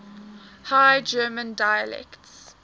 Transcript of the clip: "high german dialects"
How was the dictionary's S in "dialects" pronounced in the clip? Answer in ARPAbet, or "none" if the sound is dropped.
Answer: S